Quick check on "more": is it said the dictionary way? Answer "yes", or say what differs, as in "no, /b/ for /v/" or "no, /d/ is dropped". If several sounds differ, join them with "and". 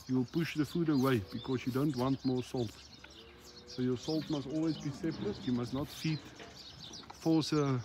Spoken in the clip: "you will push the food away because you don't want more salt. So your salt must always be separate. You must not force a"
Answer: yes